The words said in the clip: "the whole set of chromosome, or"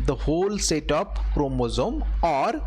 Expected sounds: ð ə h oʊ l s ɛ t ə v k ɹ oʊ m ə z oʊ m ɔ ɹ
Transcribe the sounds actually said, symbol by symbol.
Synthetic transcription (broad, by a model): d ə h oʊ l s ɛ t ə p k ɹ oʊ m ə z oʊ m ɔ ɹ